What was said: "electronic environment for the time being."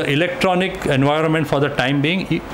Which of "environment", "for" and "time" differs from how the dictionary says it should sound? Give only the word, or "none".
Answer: none